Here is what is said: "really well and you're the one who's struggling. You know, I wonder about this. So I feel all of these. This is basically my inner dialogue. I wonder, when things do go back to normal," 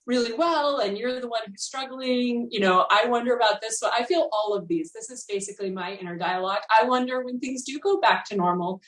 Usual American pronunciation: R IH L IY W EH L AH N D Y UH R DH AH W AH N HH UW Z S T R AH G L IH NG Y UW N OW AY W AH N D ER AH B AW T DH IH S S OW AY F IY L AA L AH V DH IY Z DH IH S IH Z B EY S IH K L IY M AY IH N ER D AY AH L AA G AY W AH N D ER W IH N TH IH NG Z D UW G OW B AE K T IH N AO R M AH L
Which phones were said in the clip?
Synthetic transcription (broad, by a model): R IH L IY W EH L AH N Y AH R DH AH W AH N HH UW Z S T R AH G L IH NG Y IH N OW AY W AH N D ER AH B AW T DH IH S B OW AY F IY L AA L AH V DH IY Z DH IH S IH Z B EY S IH K L IY M AY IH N ER D AY AH L AA G AY W AH N D ER W IH N TH IH NG Z D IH G OW B AE K T IH N AO R M L